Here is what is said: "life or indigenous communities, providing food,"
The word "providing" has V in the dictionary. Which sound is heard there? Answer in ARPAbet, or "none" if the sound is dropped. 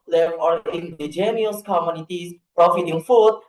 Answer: F